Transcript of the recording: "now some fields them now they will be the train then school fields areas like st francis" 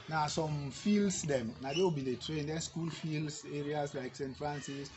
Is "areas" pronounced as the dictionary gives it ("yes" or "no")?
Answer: no